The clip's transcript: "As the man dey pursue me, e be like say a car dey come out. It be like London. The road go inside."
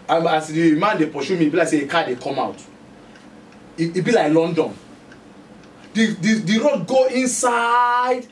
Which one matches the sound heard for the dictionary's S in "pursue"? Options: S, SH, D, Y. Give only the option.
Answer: SH